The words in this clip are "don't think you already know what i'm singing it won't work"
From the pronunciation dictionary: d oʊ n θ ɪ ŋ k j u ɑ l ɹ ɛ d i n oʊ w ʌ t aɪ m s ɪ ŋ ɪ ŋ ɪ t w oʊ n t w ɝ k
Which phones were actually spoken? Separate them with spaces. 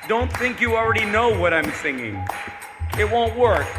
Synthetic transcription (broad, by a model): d oʊ n θ ɪ ŋ k j ɑ l ɹ ɛ d i n oʊ w ʌ t aɪ m s ɪ ŋ ɪ ŋ ɪ t w oʊ n t w ɝ k